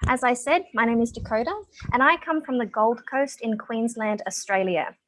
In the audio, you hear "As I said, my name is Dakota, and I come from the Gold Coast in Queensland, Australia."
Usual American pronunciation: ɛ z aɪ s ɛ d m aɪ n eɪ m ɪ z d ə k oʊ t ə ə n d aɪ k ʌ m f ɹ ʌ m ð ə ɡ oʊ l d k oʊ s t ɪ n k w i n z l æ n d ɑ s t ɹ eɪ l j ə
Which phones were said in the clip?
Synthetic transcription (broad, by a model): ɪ z aɪ s ɛ d m aɪ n eɪ m ɪ z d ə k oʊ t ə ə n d aɪ k ʌ m f ɹ ʌ m ð ə ɡ oʊ l d k oʊ s t ɪ n k w i n z l æ n d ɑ s t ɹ eɪ l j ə